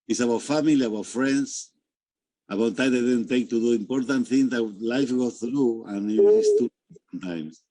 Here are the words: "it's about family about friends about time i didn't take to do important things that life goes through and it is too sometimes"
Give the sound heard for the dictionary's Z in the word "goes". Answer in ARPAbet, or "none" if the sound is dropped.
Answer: none